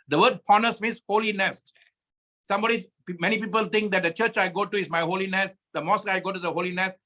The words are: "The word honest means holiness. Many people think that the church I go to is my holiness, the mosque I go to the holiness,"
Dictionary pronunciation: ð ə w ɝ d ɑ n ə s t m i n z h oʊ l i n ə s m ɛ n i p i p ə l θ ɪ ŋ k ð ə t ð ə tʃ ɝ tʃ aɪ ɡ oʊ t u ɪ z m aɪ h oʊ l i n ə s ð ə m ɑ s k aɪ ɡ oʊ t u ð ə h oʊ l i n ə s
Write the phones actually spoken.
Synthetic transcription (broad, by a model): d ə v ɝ d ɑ n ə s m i n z h oʊ l i n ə s m ɛ n i p i p ə l t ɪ ŋ k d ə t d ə tʃ ɝ tʃ aɪ ɡ oʊ t u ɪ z m aɪ h oʊ l i n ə s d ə m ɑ s aɪ ɡ oʊ t u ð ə h oʊ l i n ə s